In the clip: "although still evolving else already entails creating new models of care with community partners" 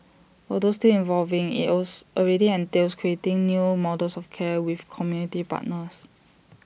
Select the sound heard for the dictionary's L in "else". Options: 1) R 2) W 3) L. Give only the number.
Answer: 2